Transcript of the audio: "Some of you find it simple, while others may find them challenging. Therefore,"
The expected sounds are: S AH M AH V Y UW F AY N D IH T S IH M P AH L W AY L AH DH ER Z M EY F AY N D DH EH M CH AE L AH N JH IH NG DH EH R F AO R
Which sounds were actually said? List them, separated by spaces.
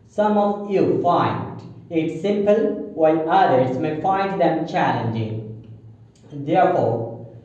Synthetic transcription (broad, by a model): S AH M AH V Y UW F AY N D IH T S IH M P AH L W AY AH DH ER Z M EY F AY N D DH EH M CH AE L AH N JH IH NG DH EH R F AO R